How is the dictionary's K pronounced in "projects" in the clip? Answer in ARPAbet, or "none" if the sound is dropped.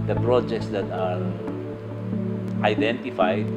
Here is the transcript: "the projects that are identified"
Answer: K